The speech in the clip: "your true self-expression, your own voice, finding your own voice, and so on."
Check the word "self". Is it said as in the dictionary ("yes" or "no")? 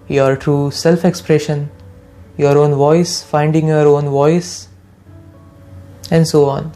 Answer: yes